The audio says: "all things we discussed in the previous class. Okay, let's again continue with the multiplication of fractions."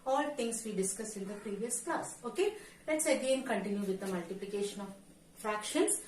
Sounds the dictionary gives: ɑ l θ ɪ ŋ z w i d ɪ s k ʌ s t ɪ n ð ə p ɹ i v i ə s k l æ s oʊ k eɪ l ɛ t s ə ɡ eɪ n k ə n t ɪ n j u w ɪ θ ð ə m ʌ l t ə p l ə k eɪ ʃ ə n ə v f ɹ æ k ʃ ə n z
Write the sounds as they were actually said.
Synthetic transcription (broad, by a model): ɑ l t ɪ ŋ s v i d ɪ s k ʌ s ɪ n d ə p ɹ i v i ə s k l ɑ s oʊ k eɪ l ɛ t s ə ɡ eɪ n k ə n t ɪ n j u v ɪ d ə m ʌ l t ə p l ə k eɪ ʃ ə n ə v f ɹ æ k ʃ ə n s